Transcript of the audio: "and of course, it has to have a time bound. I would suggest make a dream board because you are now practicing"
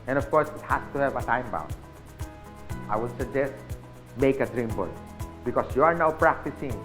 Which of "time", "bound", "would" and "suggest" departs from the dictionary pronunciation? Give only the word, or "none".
bound